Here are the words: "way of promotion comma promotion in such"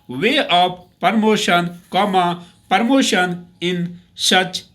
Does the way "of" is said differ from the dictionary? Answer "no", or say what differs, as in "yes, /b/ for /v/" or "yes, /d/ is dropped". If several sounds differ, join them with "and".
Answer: yes, /p/ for /v/